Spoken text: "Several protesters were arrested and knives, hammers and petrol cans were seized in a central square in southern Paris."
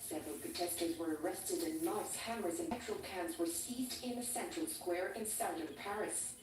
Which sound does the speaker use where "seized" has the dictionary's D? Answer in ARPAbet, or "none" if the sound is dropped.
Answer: D